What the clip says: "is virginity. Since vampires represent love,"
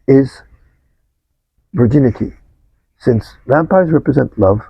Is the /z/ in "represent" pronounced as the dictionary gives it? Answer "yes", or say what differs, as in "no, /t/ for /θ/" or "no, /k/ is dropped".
yes